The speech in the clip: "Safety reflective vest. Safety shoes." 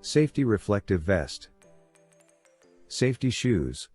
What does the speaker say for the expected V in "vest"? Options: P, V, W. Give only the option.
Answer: V